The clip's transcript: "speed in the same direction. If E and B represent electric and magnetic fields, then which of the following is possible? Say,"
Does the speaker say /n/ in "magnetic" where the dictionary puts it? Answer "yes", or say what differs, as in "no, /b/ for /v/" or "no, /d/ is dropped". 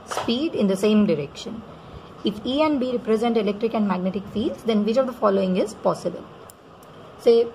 yes